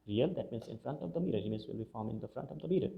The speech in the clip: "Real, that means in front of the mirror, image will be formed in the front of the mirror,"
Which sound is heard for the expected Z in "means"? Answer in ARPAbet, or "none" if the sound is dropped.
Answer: S